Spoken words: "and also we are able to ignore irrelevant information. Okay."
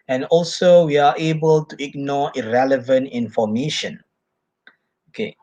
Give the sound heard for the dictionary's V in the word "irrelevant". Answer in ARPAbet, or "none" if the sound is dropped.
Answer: V